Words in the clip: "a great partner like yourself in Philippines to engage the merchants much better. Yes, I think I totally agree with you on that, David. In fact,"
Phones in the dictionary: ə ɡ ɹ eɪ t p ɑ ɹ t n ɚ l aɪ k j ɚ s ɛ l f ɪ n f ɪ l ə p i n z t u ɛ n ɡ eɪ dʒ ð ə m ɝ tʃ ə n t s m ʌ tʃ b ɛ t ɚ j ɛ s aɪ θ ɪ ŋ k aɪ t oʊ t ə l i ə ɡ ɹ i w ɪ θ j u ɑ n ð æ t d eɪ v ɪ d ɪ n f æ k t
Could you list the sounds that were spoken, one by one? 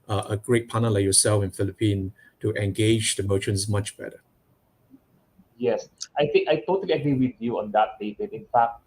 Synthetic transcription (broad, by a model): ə ɡ ɹ eɪ t p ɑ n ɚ l aɪ k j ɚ s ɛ l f ɪ n f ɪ l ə p i n t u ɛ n ɡ eɪ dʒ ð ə m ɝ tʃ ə n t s m ʌ tʃ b ɛ t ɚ j ɛ s aɪ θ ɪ ŋ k aɪ t oʊ t ə l i ə ɡ ɹ i w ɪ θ j u ɑ n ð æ t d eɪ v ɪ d ɪ n f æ k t